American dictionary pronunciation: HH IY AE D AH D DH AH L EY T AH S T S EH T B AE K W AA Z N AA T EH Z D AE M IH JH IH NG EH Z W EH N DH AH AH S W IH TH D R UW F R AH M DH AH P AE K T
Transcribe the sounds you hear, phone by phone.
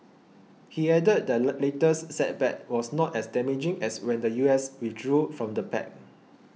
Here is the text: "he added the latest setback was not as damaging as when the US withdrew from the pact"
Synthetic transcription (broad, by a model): HH IY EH D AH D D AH L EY T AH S S EH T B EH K W AA S N AA T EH S D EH M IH JH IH NG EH S W EH N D AH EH S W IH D R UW F R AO M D AH P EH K